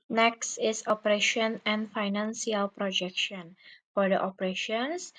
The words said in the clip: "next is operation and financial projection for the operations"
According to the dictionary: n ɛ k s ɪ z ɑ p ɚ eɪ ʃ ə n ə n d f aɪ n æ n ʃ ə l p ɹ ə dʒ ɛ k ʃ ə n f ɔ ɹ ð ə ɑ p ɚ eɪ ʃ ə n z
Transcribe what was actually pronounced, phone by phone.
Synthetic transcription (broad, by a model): n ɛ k s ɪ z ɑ p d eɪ ʃ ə n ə n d f aɪ n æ n s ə l p ɹ ə dʒ ɛ k ʃ ə n f ɔ ɹ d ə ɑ p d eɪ ʃ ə n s